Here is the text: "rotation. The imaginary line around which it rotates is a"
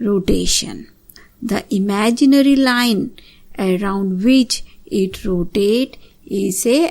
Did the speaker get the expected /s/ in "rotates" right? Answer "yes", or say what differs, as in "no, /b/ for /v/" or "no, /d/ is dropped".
no, /s/ is dropped